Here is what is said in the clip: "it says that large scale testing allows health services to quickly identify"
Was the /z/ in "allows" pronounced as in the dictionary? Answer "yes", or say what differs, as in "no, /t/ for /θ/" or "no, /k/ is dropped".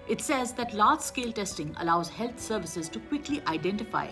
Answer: yes